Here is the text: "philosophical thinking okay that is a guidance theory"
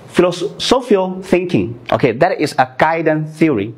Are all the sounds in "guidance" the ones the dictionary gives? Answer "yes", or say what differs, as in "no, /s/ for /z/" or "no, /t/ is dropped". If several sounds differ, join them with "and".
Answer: no, /s/ is dropped